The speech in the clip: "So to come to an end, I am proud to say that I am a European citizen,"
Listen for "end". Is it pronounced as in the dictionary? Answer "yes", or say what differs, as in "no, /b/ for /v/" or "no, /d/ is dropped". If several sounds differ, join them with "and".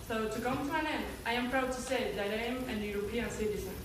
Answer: no, /d/ is dropped